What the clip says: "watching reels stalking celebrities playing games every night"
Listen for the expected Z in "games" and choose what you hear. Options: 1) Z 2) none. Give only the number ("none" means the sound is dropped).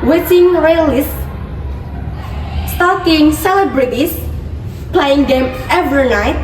2